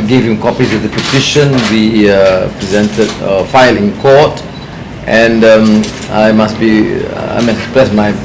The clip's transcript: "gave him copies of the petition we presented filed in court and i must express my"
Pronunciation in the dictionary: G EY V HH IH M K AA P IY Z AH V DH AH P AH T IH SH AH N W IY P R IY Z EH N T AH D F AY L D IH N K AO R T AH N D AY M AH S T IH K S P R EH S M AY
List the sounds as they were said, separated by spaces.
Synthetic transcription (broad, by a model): G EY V HH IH M K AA P IY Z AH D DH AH P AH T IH SH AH N W IY P R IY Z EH N T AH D F AY L IH N K AO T T AH N D AY M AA S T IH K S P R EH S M AY